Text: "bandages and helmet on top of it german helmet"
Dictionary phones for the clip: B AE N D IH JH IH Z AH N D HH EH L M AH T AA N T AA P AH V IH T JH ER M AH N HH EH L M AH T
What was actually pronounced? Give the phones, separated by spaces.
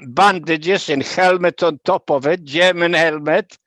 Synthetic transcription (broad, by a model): B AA N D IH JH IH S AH N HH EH L M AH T AA N T AA P AH V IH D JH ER M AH N HH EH L M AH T